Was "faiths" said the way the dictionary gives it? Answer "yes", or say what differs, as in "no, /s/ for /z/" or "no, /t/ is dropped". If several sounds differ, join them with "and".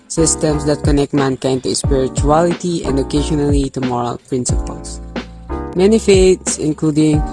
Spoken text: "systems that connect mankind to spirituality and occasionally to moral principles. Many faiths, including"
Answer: no, /t/ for /θ/